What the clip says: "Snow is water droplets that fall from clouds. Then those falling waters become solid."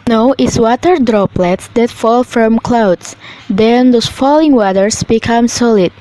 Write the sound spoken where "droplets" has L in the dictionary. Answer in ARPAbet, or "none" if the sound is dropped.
L